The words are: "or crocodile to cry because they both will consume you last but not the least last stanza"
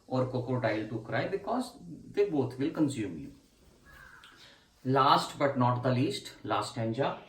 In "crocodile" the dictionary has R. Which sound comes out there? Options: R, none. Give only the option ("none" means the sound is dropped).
none